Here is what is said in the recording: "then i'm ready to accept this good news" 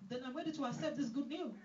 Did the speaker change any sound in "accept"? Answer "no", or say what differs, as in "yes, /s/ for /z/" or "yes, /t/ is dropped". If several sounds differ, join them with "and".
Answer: yes, /k/ is dropped